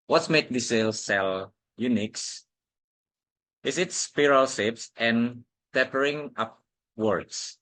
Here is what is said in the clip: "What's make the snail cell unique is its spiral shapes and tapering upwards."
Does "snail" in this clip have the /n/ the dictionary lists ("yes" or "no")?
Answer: no